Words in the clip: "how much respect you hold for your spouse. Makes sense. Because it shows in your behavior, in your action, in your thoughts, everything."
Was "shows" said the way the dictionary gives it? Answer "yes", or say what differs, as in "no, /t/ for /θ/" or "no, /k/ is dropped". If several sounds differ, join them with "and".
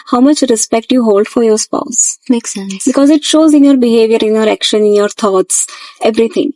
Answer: yes